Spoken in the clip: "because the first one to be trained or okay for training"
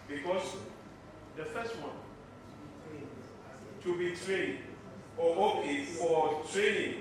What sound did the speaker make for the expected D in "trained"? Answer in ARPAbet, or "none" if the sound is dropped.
none